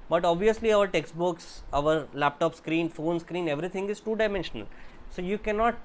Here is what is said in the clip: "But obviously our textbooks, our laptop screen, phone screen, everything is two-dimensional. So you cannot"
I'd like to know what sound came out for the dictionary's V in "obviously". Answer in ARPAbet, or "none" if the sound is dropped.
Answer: V